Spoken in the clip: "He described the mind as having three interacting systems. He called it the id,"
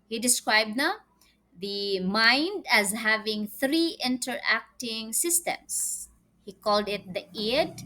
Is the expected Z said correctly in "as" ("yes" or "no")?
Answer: yes